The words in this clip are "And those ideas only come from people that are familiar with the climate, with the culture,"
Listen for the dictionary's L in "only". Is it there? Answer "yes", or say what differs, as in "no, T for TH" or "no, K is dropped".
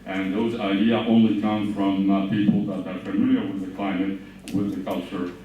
yes